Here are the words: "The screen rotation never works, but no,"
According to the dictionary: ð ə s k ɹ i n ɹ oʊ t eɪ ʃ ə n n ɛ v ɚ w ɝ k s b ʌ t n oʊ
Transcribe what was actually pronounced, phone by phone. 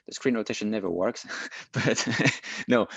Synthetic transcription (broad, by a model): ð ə s k ɹ i n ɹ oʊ t eɪ ʃ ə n n ɛ v ɚ w ɝ k s b ʌ t n oʊ